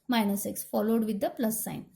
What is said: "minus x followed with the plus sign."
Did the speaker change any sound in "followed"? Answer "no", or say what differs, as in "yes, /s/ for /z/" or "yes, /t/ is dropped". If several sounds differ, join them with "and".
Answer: no